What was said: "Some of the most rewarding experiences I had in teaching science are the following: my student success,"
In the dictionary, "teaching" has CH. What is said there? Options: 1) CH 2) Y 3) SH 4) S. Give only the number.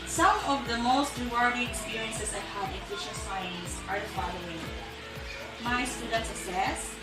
3